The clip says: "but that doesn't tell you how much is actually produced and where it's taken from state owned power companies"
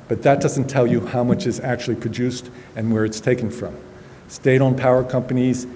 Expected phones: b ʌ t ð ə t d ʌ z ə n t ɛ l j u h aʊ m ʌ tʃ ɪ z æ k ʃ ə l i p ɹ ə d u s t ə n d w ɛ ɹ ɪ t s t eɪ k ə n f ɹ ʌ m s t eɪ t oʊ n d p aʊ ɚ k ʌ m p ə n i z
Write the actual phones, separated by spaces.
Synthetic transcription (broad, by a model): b ʌ t ð ə t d ʌ z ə n t ɛ l j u h aʊ m ʌ tʃ ɪ z æ k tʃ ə l i p ɹ ə d u s t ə n w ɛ ɹ ɪ t s t eɪ k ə n f ɹ ʌ m s t eɪ t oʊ n p aʊ ɚ k ʌ m p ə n i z